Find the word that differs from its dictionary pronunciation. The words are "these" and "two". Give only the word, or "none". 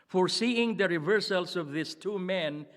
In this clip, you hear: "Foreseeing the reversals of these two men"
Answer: these